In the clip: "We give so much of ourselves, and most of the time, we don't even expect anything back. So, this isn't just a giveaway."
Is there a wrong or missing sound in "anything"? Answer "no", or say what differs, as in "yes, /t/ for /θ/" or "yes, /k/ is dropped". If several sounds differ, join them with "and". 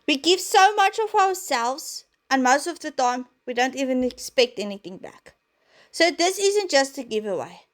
no